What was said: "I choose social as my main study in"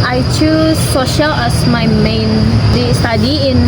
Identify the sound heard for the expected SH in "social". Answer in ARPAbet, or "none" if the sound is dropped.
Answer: SH